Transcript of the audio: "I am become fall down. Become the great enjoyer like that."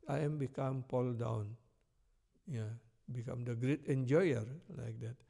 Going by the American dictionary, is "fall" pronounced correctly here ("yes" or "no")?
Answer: no